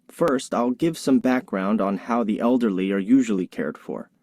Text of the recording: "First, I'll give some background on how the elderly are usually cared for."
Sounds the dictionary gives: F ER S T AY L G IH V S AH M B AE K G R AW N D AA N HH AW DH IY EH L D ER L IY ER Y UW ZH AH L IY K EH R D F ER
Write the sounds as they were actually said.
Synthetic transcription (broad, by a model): F ER S T AY L G IH V S AH M B AE K G R AW N D N HH AW DH IY EH L D ER L IY ER Y UW ZH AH L IY K EH R D F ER